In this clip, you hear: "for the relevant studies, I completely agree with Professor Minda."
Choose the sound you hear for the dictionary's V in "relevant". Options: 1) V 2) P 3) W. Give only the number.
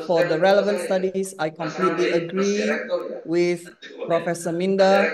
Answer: 1